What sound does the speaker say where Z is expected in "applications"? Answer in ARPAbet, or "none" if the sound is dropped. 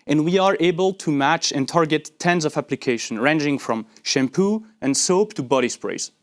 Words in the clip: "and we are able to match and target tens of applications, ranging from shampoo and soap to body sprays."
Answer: none